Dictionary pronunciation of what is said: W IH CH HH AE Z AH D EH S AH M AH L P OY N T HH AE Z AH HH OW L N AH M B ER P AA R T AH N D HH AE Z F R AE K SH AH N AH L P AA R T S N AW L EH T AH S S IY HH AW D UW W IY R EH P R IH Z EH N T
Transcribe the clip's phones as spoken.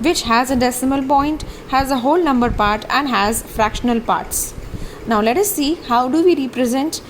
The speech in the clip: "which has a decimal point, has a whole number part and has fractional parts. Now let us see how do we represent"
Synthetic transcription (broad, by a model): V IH CH HH AE Z AH D EH S AH M AH L P OY N T HH AE Z AH HH OW L N AH M B ER P AA R T AH N D HH AE Z F R AE K SH AH N AH L P AA R T S N AW L EH T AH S S IY HH AW D UW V IY R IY P R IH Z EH N T